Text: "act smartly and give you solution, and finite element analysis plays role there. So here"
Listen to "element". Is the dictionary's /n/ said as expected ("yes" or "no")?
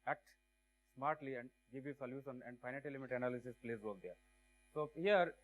no